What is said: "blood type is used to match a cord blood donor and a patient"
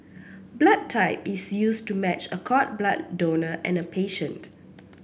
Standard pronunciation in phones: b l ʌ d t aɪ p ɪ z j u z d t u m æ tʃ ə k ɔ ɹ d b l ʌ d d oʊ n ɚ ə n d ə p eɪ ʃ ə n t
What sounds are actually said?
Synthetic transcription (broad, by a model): b l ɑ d t aɪ p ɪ s j u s t u m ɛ tʃ ə k ɔ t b l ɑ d d oʊ n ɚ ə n ə p eɪ ʃ ə n t